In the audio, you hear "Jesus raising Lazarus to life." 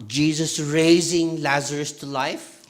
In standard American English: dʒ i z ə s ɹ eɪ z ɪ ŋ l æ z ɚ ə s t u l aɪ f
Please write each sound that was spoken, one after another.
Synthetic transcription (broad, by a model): dʒ i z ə s ɹ eɪ z ɪ ŋ l æ z ɚ ə s t u l aɪ f